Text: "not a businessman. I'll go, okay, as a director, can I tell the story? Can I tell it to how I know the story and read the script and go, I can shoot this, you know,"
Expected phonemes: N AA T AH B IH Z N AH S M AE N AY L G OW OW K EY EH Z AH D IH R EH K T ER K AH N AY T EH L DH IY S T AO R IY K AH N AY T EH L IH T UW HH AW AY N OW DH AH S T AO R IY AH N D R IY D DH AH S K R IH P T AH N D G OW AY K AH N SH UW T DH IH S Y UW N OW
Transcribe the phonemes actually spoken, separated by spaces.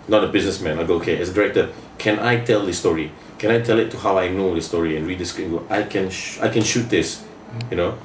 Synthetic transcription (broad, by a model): N AA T AH B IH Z N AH S M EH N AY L G OW OW K EY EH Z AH D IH R EH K T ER K AH N AY T EH L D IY S T AO R IY K AH N AY T EH L IH T UW HH AW AY N OW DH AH S T AO R IY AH N R IY D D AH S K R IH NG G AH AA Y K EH AY K AH N SH UW T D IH S Y UW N OW